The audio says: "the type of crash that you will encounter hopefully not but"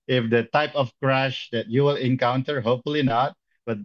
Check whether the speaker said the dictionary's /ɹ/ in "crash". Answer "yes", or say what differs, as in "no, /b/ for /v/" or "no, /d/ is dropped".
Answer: yes